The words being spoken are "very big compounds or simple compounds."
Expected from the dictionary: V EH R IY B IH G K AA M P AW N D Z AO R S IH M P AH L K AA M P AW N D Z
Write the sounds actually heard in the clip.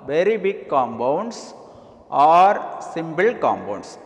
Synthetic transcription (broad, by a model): V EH R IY B IH G K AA M B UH N D S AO R S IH M B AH L K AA M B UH N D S